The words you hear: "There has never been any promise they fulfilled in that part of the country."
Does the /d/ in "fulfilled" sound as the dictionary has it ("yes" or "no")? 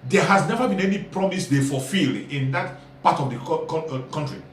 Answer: no